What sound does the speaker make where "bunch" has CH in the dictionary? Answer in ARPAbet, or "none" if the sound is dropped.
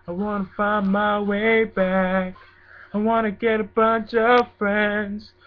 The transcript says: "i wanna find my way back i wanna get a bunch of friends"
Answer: CH